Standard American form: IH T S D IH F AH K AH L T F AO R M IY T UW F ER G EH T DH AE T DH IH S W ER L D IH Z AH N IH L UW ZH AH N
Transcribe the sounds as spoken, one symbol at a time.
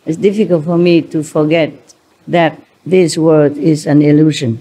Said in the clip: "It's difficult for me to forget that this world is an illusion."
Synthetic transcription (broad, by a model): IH T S D IH F AH K AH L T F AO R M IY T UW F ER G EH T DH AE T DH IH S W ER D IH Z AH N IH L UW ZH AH N